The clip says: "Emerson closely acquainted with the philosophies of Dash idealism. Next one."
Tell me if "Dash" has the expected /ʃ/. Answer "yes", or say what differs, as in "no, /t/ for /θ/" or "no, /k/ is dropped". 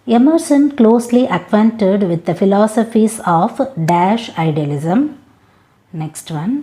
yes